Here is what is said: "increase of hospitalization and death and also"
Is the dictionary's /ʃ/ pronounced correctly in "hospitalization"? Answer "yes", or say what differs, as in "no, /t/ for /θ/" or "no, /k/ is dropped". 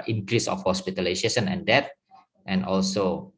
no, /s/ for /ʃ/